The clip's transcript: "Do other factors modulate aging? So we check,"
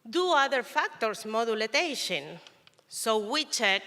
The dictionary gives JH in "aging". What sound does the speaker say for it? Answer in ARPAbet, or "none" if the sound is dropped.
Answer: SH